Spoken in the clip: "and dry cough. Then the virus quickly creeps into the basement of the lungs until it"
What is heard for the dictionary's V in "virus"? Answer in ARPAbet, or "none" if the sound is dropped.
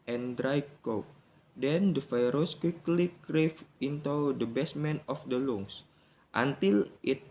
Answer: F